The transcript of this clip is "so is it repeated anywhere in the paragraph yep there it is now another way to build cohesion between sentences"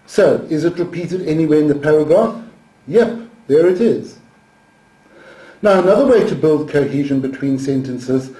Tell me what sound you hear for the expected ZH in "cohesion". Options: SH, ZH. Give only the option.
ZH